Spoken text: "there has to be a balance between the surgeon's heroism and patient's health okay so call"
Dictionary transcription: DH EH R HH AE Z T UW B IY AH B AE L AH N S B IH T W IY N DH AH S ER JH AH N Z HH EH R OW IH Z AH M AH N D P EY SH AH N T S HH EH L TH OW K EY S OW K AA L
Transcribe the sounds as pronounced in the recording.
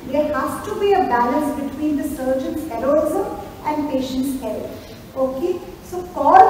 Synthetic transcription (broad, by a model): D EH R HH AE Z T UW B IY AH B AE L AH N S B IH T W IY N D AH S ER JH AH N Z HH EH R OW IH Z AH M AH N D P EY SH AH N T S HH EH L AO OW K EY S OW K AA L